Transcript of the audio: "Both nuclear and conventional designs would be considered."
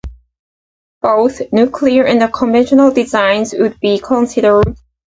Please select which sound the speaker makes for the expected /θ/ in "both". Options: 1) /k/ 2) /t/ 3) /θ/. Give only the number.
3